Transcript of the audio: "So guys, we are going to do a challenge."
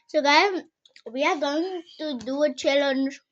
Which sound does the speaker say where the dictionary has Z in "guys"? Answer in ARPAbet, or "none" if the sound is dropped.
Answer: none